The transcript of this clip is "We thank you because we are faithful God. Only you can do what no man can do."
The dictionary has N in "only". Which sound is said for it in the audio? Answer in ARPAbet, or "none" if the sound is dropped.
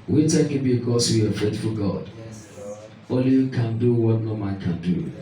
none